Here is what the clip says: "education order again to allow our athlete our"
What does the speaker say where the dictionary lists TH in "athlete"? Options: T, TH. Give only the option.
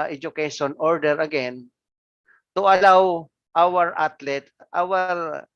T